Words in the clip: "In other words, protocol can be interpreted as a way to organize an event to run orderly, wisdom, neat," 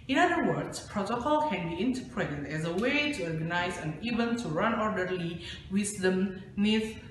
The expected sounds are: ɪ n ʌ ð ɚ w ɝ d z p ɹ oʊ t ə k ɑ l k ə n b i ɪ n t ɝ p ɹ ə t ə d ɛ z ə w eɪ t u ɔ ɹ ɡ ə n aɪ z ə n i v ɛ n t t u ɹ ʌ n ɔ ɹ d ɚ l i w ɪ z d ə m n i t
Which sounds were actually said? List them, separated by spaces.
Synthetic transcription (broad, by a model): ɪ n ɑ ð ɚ w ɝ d s p ɹ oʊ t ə k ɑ l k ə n b i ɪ n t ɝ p ɹ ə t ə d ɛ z ə w eɪ t u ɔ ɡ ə n aɪ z ə n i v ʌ n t t u ɹ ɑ n ɔ ɹ d ɚ l i w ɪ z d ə m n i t